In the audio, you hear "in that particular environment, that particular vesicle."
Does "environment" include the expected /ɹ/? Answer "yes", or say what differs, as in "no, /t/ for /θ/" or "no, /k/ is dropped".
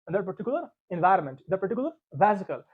yes